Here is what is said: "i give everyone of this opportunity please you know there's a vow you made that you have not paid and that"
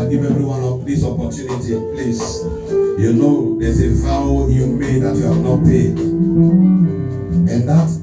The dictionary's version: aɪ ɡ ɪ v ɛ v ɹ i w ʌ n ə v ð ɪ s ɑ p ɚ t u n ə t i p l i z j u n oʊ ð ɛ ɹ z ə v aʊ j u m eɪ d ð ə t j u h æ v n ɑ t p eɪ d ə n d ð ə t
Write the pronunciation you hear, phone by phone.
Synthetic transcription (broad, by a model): ɡ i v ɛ v ɹ i w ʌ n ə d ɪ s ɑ p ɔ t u n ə t i p l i s j u n oʊ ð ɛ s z ə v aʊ j u m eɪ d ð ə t j u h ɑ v n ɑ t p eɪ d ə n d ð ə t